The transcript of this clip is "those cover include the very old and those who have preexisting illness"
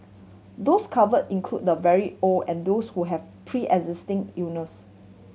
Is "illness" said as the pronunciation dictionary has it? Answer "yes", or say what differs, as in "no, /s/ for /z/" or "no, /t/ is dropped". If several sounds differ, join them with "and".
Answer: no, /l/ is dropped